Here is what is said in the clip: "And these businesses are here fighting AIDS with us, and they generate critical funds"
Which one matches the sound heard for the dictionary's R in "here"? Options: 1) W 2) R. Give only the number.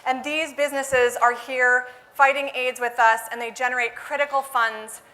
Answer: 2